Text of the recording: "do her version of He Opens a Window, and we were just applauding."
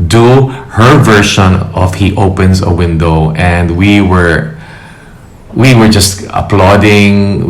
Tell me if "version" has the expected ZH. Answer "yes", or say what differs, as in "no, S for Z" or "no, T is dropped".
no, SH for ZH